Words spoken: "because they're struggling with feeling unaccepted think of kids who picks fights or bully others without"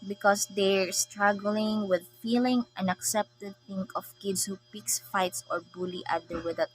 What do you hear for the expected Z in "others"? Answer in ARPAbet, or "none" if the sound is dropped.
none